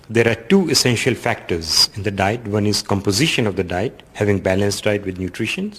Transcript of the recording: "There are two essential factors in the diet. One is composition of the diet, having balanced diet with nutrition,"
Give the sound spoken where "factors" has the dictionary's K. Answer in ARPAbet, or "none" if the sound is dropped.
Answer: K